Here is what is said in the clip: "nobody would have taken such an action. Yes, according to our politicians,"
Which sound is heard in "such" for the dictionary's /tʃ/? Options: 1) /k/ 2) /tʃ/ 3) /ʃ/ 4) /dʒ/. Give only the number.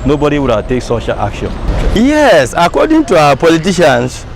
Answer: 3